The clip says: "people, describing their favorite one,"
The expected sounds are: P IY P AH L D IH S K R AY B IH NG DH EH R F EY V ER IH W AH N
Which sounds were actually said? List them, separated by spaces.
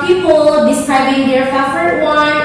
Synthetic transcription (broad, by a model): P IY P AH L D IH S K R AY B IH NG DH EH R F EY F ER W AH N